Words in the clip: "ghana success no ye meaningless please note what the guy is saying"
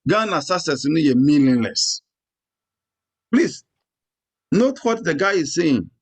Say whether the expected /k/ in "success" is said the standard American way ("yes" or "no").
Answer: no